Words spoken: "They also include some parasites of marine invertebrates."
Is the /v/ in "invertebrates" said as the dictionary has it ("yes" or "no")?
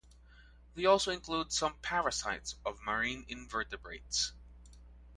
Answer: yes